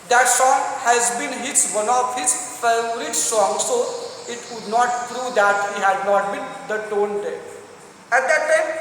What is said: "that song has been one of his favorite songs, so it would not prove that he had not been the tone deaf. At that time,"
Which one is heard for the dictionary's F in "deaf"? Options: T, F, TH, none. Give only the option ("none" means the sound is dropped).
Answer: none